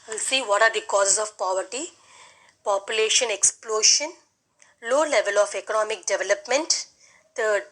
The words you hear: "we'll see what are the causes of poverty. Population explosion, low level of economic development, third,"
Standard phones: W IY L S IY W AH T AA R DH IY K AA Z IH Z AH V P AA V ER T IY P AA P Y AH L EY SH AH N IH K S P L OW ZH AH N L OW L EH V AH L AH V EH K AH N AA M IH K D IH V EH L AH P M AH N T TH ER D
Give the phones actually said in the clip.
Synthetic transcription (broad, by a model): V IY L S IY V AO T AA R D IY K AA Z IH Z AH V P AA V ER T IY P AA P Y AH L EY SH AH N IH K S P L OW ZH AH N L OW L EH V AH L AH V EH K AH N AA M IH K D IH V EH L AH P M AH N T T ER D